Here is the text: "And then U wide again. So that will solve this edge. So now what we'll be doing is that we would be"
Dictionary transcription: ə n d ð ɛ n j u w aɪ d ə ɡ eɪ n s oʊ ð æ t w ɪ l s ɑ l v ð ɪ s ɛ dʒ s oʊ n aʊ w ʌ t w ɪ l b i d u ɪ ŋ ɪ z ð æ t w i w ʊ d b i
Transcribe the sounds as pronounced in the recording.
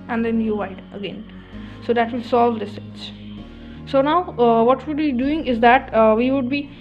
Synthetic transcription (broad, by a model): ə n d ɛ n j u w aɪ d ə ɡ eɪ n s oʊ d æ t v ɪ l s ɑ l v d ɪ s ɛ tʃ s oʊ n aʊ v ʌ t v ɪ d b i d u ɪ ŋ ɪ z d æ t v i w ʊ d b i